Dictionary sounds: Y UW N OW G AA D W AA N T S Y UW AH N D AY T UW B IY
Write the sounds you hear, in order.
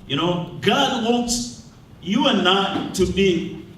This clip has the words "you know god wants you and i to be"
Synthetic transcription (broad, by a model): Y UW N OW G AA D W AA T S Y UW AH N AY T UW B IY